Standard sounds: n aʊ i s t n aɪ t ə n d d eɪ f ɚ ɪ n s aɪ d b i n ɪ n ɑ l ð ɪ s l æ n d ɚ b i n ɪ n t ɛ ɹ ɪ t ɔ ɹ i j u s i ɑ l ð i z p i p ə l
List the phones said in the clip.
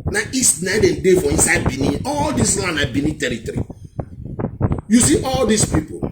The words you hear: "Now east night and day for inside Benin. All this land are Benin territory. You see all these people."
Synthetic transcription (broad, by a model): n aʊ i s t n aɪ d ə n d d eɪ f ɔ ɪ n s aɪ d b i n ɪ ɑ l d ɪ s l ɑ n ɑ b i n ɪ t ɛ ɹ ɪ t ɔ ɹ i j u s i ɑ l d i s p i p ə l